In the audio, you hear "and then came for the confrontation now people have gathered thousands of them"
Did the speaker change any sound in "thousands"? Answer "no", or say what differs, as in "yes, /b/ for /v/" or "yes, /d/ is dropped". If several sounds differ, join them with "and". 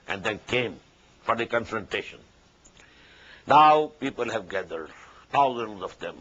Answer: yes, /t/ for /θ/